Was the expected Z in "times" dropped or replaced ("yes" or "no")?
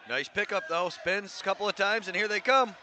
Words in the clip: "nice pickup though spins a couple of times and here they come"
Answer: no